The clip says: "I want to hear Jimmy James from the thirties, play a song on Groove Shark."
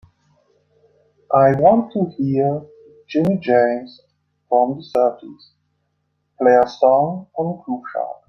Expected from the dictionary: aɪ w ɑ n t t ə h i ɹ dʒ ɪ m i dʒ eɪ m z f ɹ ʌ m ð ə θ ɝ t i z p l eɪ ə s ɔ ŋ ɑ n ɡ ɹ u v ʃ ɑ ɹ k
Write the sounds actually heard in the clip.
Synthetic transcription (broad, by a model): aɪ w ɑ n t t ə h i ɹ dʒ ɪ m i dʒ eɪ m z f ɹ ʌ m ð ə s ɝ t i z p l eɪ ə s ɔ ŋ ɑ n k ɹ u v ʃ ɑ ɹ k